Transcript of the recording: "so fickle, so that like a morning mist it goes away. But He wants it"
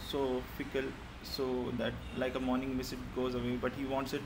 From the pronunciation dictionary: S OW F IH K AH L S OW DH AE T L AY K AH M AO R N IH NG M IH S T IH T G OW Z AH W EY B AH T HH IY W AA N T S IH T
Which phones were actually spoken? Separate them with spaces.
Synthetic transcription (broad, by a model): S OW F IH K AH L S OW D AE T L AY K AH M AO R N IH NG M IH S IH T G OW Z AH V EY B AH T HH IY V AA N T S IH T